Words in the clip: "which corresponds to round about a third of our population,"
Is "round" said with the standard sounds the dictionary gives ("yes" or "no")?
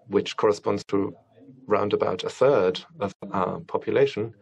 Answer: yes